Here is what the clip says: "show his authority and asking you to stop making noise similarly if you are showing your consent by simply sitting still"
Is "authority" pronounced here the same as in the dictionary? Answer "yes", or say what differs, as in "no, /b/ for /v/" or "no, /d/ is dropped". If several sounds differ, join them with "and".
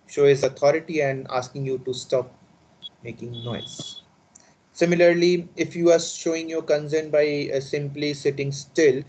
no, /t/ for /θ/